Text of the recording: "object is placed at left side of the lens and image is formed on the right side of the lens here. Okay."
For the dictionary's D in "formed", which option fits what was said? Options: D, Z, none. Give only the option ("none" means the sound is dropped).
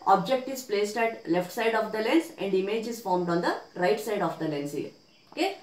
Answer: D